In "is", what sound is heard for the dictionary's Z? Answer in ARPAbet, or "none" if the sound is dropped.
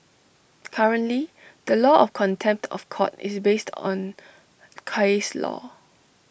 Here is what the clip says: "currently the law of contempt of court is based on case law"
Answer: S